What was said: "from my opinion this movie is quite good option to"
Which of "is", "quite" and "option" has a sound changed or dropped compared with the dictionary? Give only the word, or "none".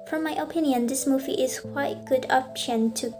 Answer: is